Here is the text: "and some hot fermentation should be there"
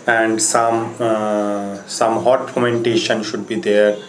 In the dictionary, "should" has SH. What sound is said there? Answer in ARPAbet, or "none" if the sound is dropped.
SH